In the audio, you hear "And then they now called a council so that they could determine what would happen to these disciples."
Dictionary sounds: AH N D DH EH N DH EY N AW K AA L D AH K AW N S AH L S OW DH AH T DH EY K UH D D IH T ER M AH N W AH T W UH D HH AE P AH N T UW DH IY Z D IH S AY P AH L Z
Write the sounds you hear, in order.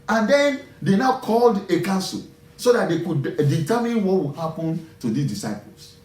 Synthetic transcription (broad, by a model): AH N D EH N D EY N AW K AA L D AH K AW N S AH L S OW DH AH T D EY K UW D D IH T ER M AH N W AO T W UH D HH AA P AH N T UW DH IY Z D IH S AY P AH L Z